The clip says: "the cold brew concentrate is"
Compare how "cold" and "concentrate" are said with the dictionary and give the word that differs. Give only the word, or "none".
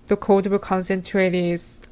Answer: cold